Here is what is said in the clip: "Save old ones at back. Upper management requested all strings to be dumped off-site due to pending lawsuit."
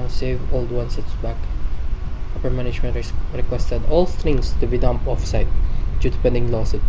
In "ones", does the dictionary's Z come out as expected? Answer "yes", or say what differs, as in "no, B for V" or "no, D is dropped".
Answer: no, S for Z